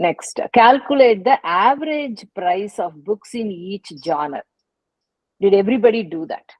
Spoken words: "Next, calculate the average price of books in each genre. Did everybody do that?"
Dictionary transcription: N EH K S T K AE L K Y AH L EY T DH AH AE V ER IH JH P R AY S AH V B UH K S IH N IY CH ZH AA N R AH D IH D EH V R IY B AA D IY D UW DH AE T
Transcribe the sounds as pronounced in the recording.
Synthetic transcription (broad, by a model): N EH K S T K AE L K Y AH L EY T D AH AE V ER IH JH P R AY S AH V B UH K S IH N IY CH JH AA N AH D IH D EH V R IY B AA D IY D UW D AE T